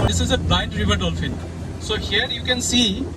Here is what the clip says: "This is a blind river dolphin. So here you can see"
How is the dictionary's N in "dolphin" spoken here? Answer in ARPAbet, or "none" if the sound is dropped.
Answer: L